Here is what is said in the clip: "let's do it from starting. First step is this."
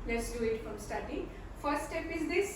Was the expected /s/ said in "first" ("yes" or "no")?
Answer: no